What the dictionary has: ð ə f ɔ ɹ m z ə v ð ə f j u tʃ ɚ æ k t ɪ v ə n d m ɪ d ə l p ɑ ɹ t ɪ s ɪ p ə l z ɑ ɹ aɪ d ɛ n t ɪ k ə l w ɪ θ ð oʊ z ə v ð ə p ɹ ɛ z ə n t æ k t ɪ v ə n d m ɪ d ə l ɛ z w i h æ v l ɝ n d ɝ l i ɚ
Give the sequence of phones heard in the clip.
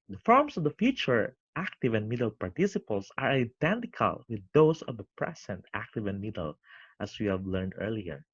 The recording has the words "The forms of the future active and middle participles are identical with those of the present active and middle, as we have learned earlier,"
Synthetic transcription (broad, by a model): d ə f ɔ ɹ m s ə v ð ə f j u tʃ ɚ æ k t ɪ v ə n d m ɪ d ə l p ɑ ɹ t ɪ s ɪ p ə l s ɑ ɹ aɪ d ɛ n t ɪ k ə l w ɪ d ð oʊ s ə v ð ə p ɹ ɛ s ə n t æ k t ɪ v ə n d m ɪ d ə l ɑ s w i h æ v l ɝ n d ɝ l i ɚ